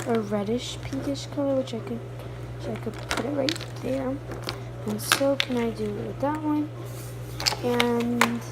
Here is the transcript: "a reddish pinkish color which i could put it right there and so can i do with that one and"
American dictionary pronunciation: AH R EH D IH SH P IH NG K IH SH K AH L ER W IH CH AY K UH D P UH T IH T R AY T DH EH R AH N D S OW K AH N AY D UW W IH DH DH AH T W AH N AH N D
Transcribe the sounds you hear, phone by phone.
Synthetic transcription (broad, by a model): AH R EH D IH SH P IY K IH SH K AH L ER W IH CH AY K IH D P UH T IH T R AY T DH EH R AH N S OW K AH N AY D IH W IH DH DH AH T W AH N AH N